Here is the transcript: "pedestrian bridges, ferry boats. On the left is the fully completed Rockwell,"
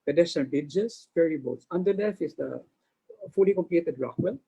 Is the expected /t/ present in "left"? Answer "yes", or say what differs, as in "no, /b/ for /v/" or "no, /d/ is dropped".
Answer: no, /t/ is dropped